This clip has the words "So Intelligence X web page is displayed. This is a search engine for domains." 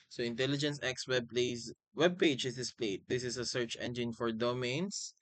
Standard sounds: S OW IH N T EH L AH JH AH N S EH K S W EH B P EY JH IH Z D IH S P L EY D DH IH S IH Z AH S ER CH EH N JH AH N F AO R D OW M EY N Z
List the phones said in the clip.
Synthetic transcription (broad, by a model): S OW IH N T EH L AH JH AH N S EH K S W EH B P EY JH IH S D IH S P L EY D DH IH S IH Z AH S ER CH EH N JH AH N F AO R D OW M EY N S